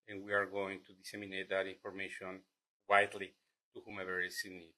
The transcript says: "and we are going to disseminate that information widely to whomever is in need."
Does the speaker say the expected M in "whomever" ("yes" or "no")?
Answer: yes